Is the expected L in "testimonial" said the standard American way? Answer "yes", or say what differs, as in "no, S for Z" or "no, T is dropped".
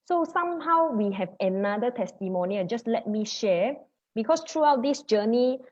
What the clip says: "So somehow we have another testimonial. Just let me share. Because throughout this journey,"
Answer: no, N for L